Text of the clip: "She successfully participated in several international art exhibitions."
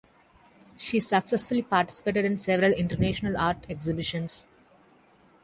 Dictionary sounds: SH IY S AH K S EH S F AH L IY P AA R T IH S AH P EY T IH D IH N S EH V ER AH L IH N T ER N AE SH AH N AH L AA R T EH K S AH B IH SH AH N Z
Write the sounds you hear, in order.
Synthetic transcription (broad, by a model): SH IY S AH K S EH S F AH L IY P AA R T IH S AH P EY T IH D IH N S EH V ER AH L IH N T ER N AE SH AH N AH L AA R T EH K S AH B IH SH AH N S